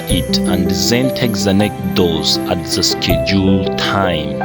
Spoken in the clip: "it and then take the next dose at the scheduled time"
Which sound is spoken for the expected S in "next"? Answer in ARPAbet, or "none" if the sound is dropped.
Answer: none